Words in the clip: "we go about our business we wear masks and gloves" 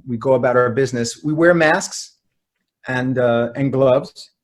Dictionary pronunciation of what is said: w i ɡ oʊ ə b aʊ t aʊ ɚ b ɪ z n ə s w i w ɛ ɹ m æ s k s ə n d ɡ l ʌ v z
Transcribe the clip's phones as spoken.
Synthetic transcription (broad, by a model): w i ɡ oʊ ə b aʊ t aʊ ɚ b ɪ z n ə s w i w ɛ ɹ m æ s k s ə n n ɡ l ʌ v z